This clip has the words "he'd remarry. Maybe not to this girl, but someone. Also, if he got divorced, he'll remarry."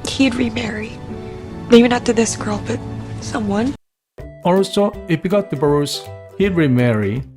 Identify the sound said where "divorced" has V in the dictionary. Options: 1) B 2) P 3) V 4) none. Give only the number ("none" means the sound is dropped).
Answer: 1